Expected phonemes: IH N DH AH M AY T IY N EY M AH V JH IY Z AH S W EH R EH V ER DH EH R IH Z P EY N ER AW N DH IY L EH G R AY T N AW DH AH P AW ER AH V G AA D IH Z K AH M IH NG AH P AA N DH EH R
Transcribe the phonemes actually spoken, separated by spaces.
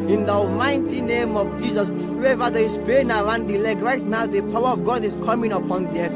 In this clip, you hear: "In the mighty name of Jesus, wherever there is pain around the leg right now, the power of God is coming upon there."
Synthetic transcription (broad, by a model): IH N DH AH M AY T IY N EY M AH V JH IY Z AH S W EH W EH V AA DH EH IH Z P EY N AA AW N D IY L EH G R AY T N AW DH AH P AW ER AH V G AA D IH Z K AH M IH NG AH P AA N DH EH